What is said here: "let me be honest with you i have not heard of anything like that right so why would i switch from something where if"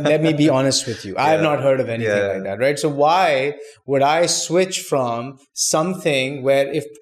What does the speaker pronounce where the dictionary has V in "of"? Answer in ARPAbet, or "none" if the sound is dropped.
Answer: V